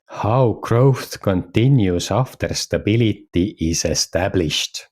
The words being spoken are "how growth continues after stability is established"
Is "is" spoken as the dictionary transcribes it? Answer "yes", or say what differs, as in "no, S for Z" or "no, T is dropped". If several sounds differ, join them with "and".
no, S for Z